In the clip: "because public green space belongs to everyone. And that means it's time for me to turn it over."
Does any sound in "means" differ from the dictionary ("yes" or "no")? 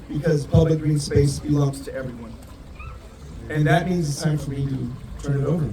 no